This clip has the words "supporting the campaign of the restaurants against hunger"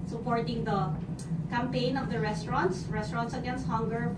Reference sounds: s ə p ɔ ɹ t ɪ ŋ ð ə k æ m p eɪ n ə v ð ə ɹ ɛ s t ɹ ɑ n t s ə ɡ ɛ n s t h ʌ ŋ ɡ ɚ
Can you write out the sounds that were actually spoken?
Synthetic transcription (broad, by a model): s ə p ɔ ɹ t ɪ ŋ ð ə k æ m p eɪ n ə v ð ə ɹ ɛ s t ɹ ɑ n t s ə ɡ ɛ n s t h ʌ ŋ ɡ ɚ